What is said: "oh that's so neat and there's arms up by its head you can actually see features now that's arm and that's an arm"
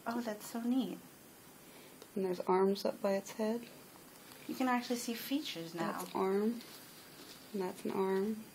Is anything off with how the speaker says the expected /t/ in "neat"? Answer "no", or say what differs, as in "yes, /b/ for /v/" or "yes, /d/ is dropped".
no